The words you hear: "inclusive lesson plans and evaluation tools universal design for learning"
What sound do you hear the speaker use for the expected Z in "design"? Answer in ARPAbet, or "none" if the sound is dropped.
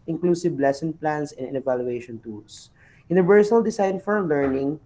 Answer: S